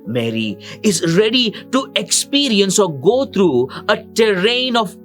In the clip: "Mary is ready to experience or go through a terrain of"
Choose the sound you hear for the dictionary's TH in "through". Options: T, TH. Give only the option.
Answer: T